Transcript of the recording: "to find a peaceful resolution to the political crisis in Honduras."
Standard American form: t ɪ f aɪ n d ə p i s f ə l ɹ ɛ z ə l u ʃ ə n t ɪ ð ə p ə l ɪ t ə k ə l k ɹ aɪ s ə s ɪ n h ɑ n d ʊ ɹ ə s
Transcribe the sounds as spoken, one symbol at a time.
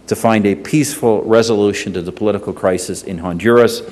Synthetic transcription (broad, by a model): t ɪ f aɪ n d ə p i s f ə l ɹ ɛ z ə l u ʃ ə n t ɪ ð ə p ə l ɪ t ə k l k ɹ aɪ s ə s ɪ n h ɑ n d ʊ ɹ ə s